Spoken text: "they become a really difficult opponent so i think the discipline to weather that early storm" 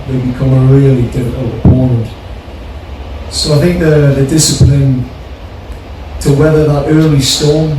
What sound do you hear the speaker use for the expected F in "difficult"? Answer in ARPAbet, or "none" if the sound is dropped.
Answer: none